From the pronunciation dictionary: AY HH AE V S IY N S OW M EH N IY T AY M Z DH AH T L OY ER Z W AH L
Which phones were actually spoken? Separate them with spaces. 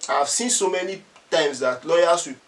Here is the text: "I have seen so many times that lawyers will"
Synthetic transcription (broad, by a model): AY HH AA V S IY N S OW M EH N IY T AY M S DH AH T L OY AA S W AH